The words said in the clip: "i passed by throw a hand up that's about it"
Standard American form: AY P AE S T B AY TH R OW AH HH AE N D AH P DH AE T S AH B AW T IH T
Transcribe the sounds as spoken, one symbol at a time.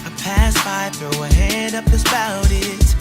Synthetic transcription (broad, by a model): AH P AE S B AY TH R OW AH HH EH D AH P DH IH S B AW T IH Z